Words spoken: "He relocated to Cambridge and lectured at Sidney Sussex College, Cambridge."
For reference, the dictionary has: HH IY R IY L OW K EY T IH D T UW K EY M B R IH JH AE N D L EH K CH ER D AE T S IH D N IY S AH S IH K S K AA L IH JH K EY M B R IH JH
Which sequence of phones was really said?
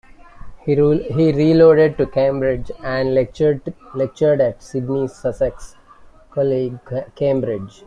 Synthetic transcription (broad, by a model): HH IY R IY L OW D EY D T UW K EY M B R IH JH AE N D L EH K CH ER D AE T S IH D N IY S AH S IH K S K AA L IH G K EY M B R IH JH